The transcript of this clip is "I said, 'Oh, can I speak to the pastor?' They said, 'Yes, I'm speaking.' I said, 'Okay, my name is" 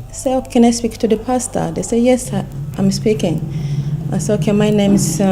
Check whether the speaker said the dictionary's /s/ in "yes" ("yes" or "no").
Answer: yes